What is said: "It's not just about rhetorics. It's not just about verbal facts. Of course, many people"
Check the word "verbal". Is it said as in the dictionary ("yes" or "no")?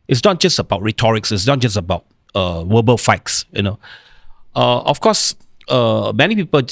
no